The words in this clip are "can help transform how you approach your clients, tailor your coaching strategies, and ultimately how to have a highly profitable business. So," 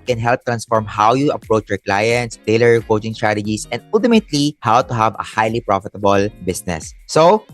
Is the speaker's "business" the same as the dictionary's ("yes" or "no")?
no